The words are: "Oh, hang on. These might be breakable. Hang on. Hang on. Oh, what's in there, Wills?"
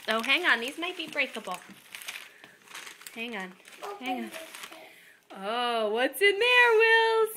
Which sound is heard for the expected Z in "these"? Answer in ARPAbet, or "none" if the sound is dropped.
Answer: Z